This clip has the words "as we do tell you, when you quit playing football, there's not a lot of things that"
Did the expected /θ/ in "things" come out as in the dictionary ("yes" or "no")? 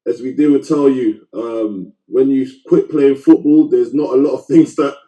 yes